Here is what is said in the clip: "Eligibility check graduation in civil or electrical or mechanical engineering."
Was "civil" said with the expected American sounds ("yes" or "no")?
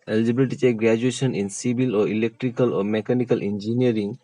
no